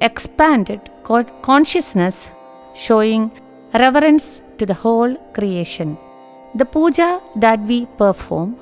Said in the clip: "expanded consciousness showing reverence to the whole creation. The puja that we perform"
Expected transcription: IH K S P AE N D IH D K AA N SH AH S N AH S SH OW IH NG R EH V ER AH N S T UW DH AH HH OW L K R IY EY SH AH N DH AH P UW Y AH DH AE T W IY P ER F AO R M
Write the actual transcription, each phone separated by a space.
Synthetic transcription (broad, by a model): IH K S P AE N D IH D K AA N SH AH S N AH S SH OW IH NG R EH V ER AH N S T UW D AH HH OW L K R IY EY SH AH N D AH P UW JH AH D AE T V IY P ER F AO R M